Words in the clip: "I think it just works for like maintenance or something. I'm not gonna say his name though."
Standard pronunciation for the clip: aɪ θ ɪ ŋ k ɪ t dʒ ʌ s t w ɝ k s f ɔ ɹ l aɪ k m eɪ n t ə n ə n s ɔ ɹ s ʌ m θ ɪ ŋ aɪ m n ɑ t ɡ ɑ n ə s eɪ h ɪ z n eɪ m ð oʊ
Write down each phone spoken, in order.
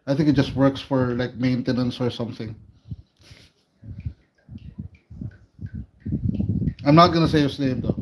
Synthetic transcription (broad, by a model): aɪ θ ɪ ŋ k ɪ t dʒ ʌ s t w ɝ k s f ɔ ɹ l aɪ k m eɪ n t ə n ə n s ɔ ɹ s ʌ m θ ɪ ŋ aɪ m n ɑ t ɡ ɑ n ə s eɪ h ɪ s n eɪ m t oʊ